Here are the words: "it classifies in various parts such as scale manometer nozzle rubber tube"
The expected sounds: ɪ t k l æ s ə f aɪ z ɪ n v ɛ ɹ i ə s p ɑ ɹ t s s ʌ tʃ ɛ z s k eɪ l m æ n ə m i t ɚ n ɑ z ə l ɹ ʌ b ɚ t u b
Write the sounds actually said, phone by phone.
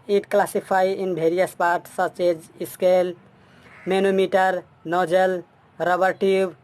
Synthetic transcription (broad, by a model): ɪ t k l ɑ s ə p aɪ ɪ n b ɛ ɹ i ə s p ɑ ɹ t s s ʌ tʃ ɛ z s k eɪ l m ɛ n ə m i t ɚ n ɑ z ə l ɹ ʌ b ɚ t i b